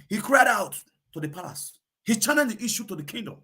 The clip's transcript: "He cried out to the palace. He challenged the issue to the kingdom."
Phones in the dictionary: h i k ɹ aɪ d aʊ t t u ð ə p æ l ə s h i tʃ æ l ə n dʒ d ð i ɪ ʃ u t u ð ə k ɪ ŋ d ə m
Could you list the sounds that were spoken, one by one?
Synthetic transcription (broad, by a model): h i k ɹ aɪ d aʊ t t u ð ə p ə s h i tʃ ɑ n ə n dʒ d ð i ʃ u t u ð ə k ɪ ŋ d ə m